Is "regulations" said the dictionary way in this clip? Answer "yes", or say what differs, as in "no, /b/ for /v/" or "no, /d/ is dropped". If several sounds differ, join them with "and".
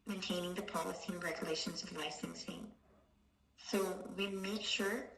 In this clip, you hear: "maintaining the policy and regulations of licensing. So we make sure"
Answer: yes